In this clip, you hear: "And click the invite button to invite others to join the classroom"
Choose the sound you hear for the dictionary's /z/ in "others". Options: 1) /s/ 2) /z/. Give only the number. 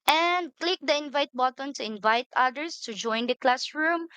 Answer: 1